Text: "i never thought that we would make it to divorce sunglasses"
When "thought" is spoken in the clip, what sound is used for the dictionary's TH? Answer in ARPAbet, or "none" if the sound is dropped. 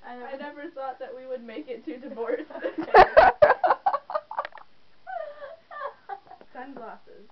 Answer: TH